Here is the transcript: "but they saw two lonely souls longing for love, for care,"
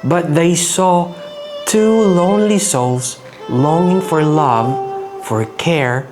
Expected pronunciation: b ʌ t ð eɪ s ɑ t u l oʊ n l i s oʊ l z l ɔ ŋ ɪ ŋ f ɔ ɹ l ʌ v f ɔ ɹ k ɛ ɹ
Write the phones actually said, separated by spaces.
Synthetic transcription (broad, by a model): b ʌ t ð eɪ s ɑ t u l oʊ n l i s oʊ l s l ɔ ŋ ɪ ŋ f ɔ ɹ l ʌ v f ɔ ɹ k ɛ ɹ